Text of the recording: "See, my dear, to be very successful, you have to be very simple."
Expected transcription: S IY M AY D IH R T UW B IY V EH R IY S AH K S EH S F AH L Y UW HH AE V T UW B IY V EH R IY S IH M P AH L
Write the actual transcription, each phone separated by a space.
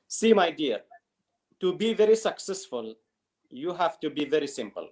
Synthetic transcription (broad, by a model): S IY M AY D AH R T UW B IY V EH R IY S AH K S EH S F AH L Y UW HH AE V T UW B IY V EH R IY S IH M P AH L